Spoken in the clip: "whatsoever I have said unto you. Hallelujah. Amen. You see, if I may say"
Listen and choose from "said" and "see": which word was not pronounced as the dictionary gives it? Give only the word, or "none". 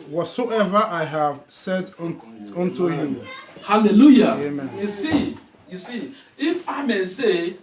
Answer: none